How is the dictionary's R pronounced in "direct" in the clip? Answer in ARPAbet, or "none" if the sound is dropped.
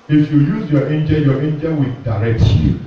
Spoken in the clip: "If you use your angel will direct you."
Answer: R